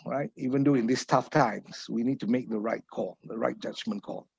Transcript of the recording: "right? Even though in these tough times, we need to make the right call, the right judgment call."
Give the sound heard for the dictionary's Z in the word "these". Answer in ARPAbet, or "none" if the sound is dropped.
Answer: S